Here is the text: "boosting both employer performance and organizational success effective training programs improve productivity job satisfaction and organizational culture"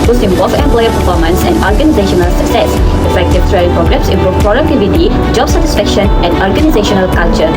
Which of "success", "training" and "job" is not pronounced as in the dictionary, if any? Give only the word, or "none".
training